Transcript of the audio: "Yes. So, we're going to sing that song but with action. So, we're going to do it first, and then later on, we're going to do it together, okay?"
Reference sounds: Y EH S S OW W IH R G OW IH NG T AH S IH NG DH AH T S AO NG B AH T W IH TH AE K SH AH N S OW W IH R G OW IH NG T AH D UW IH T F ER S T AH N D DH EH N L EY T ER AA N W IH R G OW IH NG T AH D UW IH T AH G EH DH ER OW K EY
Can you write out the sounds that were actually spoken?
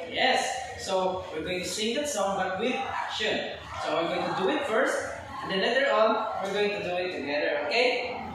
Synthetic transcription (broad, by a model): Y EH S S OW W IH R G OW IH NG T AH S IH NG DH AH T S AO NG B AH T W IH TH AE K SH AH N S OW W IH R G OW IH NG T AH D UW IH T F ER S T AH N D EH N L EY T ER AA N W IH R G OW IH NG T AH D UW IH T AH G EH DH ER OW K EY